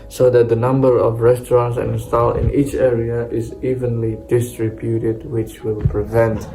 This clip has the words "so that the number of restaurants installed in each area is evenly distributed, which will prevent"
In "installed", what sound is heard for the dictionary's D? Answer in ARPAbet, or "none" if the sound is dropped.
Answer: none